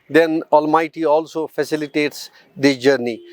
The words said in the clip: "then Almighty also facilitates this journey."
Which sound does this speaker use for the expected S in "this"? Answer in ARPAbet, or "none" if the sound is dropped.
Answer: none